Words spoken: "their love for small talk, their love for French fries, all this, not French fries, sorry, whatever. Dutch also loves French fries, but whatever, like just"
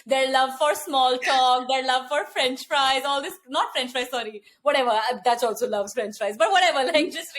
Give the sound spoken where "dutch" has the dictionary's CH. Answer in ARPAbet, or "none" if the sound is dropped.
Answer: S